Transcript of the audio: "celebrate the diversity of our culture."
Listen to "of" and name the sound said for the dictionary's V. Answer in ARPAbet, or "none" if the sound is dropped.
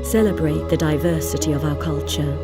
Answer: V